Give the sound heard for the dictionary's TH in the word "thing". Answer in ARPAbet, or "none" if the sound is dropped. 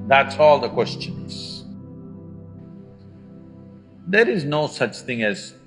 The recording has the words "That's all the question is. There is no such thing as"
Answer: TH